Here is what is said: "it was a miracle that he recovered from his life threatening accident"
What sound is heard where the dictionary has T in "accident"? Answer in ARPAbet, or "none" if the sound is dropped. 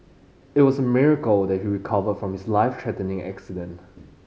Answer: T